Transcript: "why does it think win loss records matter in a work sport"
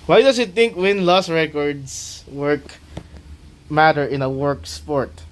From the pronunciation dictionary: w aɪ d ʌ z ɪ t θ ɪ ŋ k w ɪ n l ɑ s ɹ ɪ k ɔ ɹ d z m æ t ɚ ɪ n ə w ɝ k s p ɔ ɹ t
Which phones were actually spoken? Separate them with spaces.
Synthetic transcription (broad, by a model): w aɪ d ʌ s ɪ t θ ɪ ŋ k w ɪ n l ɑ s ɹ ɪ k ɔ ɹ d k m æ t ɚ ɪ n ə w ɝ k s p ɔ ɹ t